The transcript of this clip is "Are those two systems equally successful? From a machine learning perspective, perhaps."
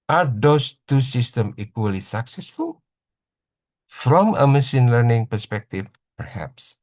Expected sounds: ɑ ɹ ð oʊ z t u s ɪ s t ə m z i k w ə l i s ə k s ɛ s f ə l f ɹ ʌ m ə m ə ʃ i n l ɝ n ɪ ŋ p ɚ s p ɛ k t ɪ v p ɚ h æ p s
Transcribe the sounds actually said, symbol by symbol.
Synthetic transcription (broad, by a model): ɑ ɹ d oʊ s t u s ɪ s t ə m i k w ə l i s ə k s ɛ s f ə l f ɹ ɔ m ə m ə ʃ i n l ɝ n ɪ ŋ p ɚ s p ɛ k t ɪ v p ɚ h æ p s